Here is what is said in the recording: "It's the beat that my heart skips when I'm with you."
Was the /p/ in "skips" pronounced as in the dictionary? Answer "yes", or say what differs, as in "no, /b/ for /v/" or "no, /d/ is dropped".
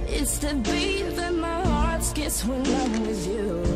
no, /p/ is dropped